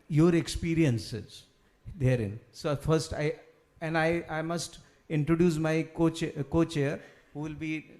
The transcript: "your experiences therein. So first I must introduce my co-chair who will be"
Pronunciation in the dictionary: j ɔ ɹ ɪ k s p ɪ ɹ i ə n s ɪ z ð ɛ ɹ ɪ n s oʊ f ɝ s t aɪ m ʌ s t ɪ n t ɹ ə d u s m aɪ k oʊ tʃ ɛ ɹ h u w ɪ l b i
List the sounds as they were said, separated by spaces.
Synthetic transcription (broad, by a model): j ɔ ɹ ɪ k s p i ɹ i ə n s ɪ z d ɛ ɹ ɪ n s oʊ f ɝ s t aɪ m ʌ s t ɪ n t ɹ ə d u s m aɪ k oʊ tʃ ɛ ɹ h u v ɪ l b i